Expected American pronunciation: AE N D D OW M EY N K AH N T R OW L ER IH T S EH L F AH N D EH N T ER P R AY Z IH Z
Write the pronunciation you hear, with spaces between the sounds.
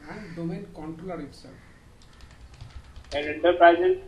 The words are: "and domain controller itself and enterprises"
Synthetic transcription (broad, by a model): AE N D D OW M EY N K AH N T R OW L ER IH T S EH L AH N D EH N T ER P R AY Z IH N